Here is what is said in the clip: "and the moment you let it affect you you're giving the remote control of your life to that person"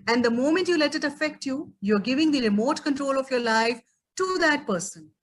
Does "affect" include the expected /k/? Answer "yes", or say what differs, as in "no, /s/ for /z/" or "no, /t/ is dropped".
yes